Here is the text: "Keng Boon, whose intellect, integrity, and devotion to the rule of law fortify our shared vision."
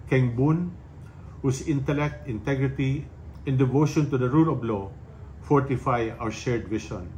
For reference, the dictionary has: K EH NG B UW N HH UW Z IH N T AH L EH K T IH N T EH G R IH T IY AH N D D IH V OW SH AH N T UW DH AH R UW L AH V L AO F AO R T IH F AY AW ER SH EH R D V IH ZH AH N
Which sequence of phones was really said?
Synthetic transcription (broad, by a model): K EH NG B UW N HH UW S IH N T AH L EH K T IH N T EH G R IH T IY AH N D D IH V OW SH AH N T UW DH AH R UW L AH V L AO F AO R T IH F AY AW ER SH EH R D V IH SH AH N